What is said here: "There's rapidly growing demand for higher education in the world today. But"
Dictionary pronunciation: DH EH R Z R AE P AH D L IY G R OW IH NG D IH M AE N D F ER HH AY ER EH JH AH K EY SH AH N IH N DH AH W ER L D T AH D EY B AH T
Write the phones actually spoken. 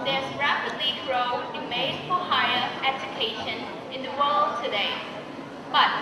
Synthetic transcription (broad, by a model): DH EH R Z R AE P AH D L IY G R OW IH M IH IH D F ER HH AY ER EH JH AH K EY SH AH N IH N DH AH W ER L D T AH D EY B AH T